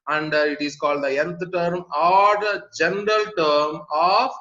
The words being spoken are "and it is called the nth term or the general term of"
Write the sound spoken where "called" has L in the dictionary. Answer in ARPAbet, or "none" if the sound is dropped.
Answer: L